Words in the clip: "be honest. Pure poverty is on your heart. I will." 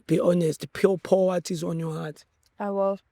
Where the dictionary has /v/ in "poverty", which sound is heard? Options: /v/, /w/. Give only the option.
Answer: /w/